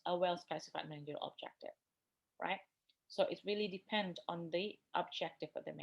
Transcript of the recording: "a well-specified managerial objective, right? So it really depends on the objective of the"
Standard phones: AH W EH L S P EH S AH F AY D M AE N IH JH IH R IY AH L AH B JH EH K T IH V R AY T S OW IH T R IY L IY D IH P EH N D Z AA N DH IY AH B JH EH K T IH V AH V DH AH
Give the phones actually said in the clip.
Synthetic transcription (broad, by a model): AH W EH L S P EH S AH F AY D M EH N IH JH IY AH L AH B JH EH K T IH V R AY T S OW IH T R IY L IY D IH P EH N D AA N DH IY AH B JH EH K T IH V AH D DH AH